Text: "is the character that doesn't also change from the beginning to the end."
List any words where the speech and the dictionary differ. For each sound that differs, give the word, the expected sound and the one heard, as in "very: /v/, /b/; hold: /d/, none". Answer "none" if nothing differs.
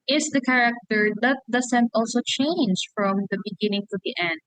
doesn't: /z/, /s/